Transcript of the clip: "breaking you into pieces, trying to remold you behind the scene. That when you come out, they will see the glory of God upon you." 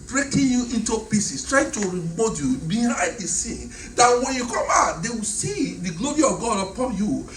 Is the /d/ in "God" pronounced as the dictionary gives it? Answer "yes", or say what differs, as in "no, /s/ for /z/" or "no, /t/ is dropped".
yes